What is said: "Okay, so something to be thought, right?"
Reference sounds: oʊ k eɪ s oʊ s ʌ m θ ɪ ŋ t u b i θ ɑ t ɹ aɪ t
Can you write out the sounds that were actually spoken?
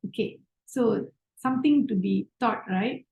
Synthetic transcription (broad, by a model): oʊ k eɪ s oʊ s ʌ m t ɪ ŋ t u b i t ɑ t ɹ aɪ t